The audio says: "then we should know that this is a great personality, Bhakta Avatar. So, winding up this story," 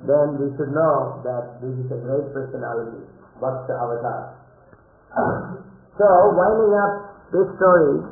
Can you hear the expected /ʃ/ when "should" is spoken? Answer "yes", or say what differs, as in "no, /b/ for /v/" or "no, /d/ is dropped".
yes